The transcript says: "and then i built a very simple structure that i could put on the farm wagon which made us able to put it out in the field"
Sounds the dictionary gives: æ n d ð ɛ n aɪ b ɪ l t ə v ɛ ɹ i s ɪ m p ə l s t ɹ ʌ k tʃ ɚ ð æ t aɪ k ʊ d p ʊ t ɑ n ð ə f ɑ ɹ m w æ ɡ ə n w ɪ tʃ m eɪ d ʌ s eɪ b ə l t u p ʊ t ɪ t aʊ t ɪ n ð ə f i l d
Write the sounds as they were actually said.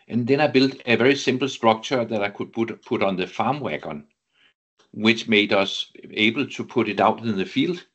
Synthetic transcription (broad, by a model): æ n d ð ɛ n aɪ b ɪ l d ə v ɛ ɹ i s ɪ m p l s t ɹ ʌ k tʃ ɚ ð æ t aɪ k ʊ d p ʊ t ɑ n ð ə f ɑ m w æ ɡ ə n w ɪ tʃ m eɪ d ʌ s eɪ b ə l s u p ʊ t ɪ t aʊ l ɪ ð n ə f i l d